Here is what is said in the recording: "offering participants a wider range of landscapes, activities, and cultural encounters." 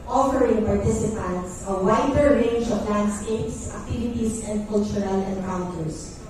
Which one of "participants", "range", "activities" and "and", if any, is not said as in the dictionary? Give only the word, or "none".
activities